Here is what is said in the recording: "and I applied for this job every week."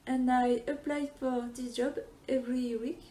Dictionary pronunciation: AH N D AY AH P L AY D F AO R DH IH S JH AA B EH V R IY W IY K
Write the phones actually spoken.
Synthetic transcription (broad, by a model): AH N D AY AH P L AY D F AO R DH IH JH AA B EH V R IY W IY K